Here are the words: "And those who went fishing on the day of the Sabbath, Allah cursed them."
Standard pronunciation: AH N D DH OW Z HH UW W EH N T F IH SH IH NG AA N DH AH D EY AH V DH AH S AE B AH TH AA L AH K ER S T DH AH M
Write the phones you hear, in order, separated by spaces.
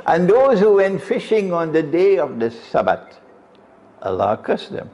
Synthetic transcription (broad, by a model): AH N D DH OW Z HH UW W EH N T F IH SH IH NG AA N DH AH D EY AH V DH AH S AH B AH T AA L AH K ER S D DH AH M